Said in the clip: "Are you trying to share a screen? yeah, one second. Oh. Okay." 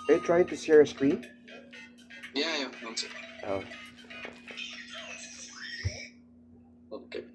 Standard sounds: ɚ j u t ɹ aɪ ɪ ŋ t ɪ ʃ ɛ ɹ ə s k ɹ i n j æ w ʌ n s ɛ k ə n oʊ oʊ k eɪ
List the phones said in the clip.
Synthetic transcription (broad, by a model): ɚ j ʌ t ɹ aɪ ɪ ŋ t ɪ s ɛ ɹ ə s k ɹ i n j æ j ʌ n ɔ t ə oʊ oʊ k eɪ